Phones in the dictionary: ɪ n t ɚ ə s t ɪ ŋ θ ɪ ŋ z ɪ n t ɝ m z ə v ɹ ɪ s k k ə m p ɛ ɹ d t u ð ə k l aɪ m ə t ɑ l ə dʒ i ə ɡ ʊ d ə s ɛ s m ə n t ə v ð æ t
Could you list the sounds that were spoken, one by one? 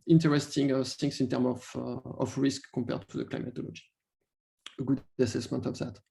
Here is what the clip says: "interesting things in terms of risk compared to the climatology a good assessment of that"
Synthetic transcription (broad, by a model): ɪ n t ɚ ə s t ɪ ŋ s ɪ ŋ s ɪ n t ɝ m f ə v ɹ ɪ s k k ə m p ɛ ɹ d t u ð ə k l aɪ m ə t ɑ l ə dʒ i ə ɡ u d ə s ɛ s m ə n t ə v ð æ t